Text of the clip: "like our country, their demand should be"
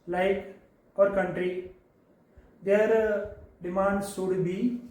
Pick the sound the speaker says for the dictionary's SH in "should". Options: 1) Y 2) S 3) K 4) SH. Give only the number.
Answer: 2